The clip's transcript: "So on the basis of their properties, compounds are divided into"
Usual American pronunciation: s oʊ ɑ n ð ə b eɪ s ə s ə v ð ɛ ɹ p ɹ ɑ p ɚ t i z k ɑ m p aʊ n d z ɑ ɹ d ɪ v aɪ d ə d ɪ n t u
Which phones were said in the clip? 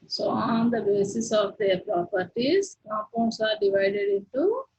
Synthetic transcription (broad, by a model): s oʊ ɑ n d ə b eɪ s ə s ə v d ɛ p ɹ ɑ p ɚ t i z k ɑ p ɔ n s ɑ ɹ d ɪ v aɪ d ə d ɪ n t u